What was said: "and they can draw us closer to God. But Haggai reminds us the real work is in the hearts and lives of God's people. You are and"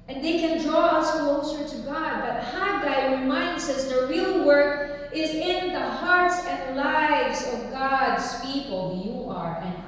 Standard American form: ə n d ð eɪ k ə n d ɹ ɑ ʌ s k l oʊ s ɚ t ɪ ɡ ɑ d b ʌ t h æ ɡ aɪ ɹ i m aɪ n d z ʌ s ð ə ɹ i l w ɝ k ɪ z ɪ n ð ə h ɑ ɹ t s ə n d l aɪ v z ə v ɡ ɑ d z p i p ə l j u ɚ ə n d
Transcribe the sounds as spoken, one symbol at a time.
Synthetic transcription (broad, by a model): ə n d ð eɪ k ə n d ɹ ɑ ʌ s k l oʊ s ɚ t ɪ ɡ ɑ d b ʌ t h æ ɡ aɪ ɹ i m aɪ n d z ʌ s ð ə ɹ i l w ɝ k ɪ z ɪ n ð ə h ɑ ɹ t s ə n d l aɪ v z ə v ɡ ɑ d z p i p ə l j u ɚ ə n